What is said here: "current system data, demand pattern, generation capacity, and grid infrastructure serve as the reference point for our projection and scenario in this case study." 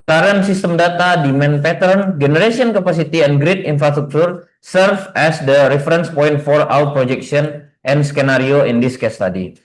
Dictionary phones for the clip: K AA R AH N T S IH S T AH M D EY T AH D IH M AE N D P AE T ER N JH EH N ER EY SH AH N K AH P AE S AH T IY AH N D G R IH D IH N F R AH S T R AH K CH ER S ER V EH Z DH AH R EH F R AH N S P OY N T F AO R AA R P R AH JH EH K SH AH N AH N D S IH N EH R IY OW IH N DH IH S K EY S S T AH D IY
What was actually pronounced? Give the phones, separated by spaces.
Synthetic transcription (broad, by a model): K AA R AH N S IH S T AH M D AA T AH D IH M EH N P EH T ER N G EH N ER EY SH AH N K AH P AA S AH T IY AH N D G R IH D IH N F R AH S T R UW K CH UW S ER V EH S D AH R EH F R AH N S P OY N T F AO R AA W P R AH JH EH K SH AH N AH N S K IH N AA R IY OW IH N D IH S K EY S S T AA D IY